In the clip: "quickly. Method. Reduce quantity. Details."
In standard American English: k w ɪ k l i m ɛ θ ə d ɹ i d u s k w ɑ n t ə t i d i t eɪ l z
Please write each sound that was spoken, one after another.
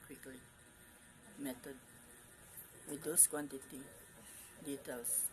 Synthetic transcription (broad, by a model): k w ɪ k l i m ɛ t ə d w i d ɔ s k w ɑ n t ə t i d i t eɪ l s